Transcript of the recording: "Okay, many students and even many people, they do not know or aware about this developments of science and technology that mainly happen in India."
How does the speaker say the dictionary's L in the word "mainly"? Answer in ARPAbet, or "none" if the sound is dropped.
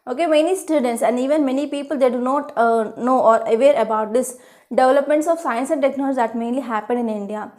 L